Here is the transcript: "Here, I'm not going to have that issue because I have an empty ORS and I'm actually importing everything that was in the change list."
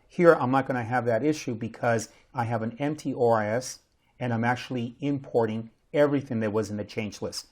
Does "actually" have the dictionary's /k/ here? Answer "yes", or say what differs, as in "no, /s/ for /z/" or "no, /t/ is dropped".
yes